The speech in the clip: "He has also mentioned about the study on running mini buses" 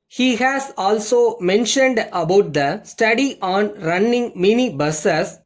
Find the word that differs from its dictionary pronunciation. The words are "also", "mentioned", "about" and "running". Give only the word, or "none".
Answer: none